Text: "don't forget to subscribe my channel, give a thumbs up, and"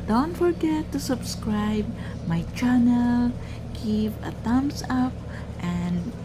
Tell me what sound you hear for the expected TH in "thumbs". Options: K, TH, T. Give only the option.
T